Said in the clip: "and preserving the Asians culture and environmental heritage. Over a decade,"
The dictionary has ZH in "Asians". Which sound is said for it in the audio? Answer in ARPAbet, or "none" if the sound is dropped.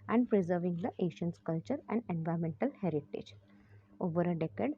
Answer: SH